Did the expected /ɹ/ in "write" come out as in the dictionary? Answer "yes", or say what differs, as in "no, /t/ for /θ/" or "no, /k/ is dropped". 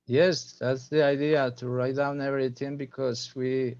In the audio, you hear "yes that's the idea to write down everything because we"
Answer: yes